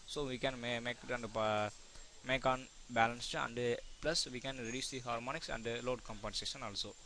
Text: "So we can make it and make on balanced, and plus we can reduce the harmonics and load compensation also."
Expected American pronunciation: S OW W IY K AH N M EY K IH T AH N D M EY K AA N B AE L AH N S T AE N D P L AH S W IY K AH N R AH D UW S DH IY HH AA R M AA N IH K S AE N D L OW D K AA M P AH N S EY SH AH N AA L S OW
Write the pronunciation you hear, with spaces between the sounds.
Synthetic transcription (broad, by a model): S OW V IY K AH N M EY K IH T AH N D M EY K AA N B AE L AH N S T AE N D P L AH S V IY K AH N R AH D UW S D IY HH AA R M AA N IH K S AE N D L OW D K AA M P AH N S EY SH AH N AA L S OW